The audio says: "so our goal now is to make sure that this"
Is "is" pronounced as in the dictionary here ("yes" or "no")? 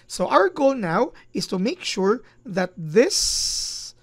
no